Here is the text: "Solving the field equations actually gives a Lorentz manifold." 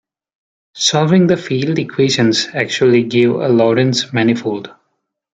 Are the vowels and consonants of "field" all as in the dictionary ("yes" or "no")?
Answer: yes